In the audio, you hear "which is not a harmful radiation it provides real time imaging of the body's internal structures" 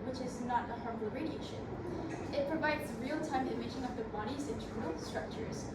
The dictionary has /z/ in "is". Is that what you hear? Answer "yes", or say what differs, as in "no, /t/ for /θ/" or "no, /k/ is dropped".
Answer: yes